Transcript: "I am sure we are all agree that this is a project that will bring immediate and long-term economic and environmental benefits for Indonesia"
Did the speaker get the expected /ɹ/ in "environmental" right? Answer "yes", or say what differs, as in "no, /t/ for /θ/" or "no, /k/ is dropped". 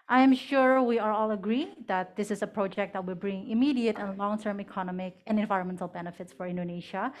yes